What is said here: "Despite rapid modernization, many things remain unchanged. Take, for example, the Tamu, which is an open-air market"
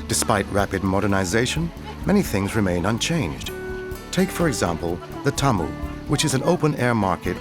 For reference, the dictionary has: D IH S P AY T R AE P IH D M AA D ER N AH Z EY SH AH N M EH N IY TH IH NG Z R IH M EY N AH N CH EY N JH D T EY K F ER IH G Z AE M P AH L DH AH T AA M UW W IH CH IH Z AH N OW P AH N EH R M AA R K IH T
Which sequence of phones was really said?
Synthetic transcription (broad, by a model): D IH S P AY T R AE P IH D M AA D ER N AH Z EY SH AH N M EH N IY TH IH NG Z R IH M EY N AH N CH EY N JH D T EY K F ER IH G Z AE M P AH L DH AH T AA M UW W IH CH IH Z AH N OW P AH N EH R M AA R K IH T